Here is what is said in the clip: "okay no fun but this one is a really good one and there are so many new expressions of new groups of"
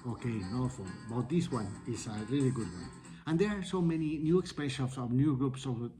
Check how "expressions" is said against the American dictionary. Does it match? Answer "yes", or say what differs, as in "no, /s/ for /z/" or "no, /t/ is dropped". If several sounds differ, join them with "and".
no, /ɹ/ is dropped